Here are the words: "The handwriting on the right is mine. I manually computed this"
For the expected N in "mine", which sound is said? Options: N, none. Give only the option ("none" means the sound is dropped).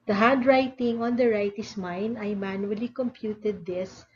N